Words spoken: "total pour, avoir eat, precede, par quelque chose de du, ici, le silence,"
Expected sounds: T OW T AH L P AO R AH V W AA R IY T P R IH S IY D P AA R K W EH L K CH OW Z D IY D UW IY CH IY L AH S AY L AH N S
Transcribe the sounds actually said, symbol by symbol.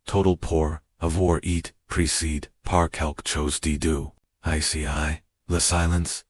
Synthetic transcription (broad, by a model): T OW T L P AO R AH V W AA R IY T P R IH S IY D P AA R K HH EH L K CH OW Z D IY D UW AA S IY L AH S AY L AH N S